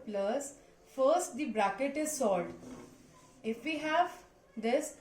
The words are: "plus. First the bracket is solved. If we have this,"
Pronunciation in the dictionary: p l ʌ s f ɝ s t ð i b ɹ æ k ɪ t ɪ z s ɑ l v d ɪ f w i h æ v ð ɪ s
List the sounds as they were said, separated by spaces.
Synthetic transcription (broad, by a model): p l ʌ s f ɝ s t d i b ɹ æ k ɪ t ɪ z s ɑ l d ɪ f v i h æ v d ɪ s